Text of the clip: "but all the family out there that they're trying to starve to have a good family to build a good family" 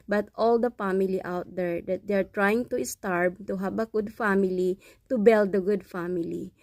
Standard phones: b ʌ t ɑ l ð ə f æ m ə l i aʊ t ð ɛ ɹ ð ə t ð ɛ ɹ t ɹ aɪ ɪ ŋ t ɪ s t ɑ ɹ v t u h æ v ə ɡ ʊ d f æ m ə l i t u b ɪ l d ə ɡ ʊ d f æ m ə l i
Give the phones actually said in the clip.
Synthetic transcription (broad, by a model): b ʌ t ɑ l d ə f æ m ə l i aʊ t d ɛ ɹ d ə t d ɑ ɹ t ɹ aɪ ɪ ŋ t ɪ s t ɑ ɹ b t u h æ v ə ɡ ʊ d f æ m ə l i t u b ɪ l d ə ɡ ʊ d f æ m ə l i